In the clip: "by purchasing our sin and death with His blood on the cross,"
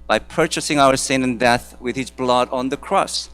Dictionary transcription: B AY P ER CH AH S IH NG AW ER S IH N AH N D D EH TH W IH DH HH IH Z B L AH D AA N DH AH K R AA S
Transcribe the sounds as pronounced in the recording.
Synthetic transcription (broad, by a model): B AY P ER CH AH S IH NG AW ER S IH N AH N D D EH TH W IH DH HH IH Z B L AH D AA N DH AH K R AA S